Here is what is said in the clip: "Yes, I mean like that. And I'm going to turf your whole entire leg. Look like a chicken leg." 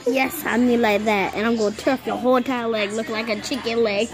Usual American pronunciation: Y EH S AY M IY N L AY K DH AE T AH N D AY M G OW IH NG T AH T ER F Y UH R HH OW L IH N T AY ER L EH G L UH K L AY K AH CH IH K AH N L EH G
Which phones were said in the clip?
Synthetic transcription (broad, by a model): Y EH S AY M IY L AY K DH AE T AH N AY M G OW T AH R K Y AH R HH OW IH T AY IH L EH G L UH K L AY K AH CH IH K AH N L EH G